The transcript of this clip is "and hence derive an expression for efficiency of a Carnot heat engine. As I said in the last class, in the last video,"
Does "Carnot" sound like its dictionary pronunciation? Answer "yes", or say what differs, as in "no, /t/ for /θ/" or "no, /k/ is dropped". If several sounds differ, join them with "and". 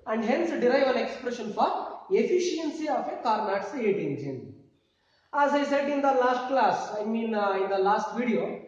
yes